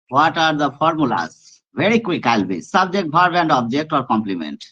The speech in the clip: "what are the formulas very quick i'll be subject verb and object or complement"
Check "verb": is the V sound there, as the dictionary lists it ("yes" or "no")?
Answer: no